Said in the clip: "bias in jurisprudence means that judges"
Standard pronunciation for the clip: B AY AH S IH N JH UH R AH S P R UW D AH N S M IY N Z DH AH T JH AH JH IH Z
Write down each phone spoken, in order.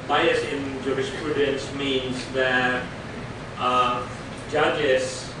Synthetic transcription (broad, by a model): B AY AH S IH N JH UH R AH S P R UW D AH N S M IY N Z DH AH T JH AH JH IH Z